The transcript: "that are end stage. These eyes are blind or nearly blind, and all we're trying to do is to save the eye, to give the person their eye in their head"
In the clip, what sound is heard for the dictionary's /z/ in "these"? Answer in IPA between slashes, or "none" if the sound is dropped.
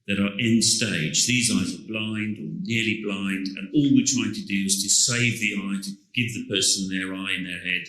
/z/